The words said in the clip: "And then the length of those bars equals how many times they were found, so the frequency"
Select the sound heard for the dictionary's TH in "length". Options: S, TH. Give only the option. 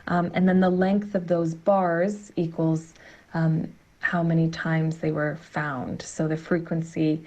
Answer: TH